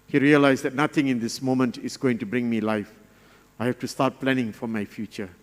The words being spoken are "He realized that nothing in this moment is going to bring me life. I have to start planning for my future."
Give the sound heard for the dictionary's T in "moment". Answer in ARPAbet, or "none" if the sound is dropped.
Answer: T